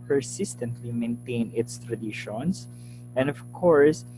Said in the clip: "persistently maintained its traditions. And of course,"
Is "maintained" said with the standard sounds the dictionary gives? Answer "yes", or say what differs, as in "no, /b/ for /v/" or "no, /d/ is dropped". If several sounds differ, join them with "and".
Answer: no, /d/ is dropped